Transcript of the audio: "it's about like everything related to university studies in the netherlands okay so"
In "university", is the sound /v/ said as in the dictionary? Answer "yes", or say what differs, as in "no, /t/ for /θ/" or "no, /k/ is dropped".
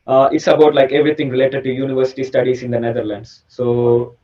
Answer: yes